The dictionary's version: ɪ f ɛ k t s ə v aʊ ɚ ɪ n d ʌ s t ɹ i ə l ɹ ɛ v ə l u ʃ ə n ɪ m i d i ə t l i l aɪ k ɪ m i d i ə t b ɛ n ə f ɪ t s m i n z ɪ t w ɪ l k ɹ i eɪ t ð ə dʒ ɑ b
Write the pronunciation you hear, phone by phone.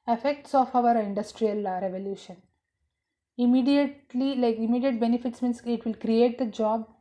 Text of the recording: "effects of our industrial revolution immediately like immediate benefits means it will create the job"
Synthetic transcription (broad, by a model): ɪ f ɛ k t s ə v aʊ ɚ ɪ n d ʌ s t ɹ i ə l ɹ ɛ v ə l u ʃ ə n ɪ m i d i ə t l i l aɪ k ɪ m i d i ə t b ɛ n ə f ɪ t s m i n s ɪ t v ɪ l k ɹ i eɪ t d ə dʒ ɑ b